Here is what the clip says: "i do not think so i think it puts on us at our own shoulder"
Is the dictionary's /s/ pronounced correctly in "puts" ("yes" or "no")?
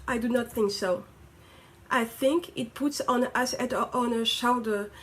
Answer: yes